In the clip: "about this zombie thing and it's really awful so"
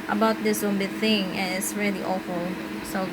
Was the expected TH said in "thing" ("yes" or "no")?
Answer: yes